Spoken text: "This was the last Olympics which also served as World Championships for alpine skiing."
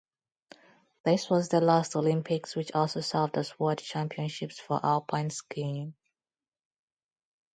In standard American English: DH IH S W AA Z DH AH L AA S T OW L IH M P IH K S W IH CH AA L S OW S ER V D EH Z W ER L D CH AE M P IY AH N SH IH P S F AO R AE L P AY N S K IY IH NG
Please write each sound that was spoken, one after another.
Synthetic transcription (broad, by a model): DH IH S W AA Z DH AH L AA S T OW L IH M P IH K S W IH CH AA L S OW S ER V D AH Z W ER D CH AE M P IY AH N SH IH P S F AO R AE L P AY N S K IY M